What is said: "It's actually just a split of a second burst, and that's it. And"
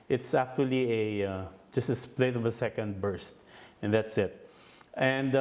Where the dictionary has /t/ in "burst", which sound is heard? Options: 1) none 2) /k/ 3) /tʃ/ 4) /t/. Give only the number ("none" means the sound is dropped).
4